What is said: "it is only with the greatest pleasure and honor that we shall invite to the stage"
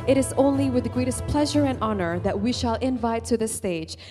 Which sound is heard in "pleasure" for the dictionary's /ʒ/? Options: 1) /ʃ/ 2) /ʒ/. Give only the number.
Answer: 2